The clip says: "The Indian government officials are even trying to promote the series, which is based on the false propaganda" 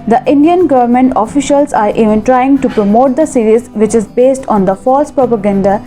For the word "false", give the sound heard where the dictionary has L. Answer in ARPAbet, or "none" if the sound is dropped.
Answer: L